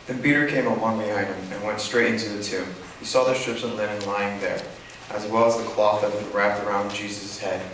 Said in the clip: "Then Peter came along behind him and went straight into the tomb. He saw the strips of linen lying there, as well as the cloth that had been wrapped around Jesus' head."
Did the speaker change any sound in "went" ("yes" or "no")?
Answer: no